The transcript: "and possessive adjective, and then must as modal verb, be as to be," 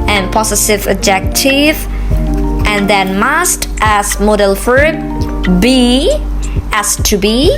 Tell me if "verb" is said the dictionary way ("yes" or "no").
no